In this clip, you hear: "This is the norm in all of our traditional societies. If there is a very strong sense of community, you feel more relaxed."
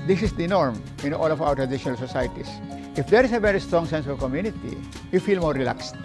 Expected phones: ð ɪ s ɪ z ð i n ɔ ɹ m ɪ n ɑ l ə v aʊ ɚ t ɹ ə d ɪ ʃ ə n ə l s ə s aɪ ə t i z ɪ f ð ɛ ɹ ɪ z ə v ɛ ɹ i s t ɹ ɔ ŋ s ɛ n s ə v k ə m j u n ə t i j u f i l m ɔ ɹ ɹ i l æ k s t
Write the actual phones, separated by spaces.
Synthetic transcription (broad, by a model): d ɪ s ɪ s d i n ɔ ɹ m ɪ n ɑ l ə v aʊ ɚ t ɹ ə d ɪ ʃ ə n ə l s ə s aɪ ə t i s ɪ f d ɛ ɹ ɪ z ə v ɛ ɹ i s t ɹ ɔ ŋ s ɛ n s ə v k ə m j u n ə t i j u f i l m ɔ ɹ ɹ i l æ k s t